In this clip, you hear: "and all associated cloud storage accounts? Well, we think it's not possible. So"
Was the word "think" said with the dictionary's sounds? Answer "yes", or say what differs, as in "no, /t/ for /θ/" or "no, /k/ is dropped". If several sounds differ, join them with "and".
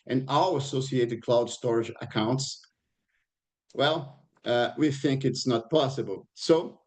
yes